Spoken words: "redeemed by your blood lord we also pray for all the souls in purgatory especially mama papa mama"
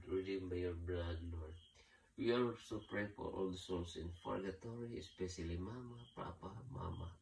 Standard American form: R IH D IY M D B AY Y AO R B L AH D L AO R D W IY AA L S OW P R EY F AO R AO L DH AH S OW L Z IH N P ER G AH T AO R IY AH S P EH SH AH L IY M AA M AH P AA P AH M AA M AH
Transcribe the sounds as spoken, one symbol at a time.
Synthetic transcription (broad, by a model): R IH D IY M B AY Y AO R B L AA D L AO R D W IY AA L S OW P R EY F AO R AO L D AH S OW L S IH N F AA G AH T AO R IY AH S P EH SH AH L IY M AA M AH P AA P AH M AA M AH